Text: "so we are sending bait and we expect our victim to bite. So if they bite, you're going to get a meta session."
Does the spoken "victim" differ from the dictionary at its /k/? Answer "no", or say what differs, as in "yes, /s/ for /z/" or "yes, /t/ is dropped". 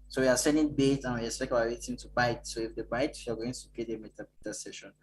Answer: yes, /k/ is dropped